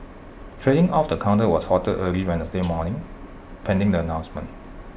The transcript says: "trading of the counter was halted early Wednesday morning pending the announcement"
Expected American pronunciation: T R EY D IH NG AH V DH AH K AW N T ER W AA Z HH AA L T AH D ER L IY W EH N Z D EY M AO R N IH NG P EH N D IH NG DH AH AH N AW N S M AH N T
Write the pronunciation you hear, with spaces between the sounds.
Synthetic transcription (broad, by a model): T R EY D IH NG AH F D AH K AW N T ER W AA S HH AA T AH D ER L IY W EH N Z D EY M AO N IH NG P EH N D IH NG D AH AH N AW N S M AH N T